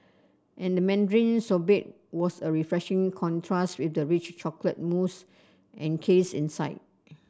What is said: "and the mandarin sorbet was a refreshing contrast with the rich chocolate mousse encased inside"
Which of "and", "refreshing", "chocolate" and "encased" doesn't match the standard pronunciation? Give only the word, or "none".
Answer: encased